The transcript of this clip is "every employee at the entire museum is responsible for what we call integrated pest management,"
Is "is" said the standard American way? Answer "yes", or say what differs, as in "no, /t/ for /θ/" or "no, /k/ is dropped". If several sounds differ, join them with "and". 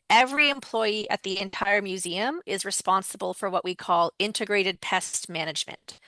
yes